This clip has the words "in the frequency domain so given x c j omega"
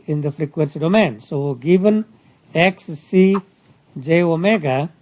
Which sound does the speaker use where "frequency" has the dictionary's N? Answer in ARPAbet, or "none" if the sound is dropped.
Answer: N